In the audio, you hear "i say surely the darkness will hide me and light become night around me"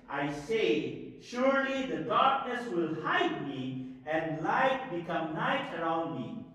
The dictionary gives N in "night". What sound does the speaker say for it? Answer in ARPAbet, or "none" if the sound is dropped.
N